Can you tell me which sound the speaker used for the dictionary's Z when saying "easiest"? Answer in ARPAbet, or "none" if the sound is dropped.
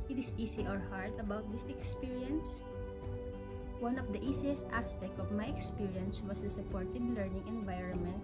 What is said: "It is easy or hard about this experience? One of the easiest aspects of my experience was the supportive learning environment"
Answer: S